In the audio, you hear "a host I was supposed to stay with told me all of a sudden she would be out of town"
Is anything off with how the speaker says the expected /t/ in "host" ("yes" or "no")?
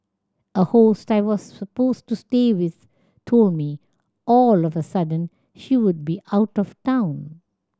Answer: no